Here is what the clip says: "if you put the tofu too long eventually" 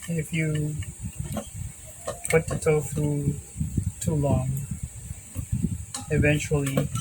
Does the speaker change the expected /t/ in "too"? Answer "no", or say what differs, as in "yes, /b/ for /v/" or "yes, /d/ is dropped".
no